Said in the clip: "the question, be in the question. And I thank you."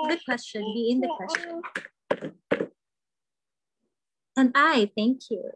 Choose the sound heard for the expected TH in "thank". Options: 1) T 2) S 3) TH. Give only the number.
3